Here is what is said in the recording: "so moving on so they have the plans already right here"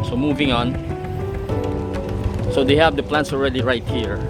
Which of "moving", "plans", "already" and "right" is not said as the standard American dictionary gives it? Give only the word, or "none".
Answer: plans